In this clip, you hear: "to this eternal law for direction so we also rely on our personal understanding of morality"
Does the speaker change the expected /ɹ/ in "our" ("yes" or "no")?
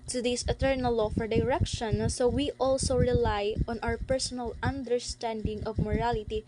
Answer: yes